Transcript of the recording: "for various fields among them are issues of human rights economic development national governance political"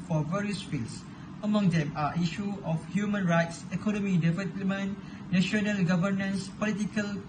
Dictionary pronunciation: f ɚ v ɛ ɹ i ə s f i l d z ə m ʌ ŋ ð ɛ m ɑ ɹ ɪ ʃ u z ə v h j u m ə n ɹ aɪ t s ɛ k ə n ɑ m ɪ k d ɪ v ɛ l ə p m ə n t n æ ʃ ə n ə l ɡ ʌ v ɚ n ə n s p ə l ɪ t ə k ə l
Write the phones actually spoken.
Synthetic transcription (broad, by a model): f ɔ v ɛ ɹ i ə s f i l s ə m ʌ ŋ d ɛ m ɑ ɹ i ʃ u ə f h j u m ə n ɹ aɪ t s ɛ k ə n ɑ m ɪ d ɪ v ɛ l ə m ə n n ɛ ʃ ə n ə l ɡ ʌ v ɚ n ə n s p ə l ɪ t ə k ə l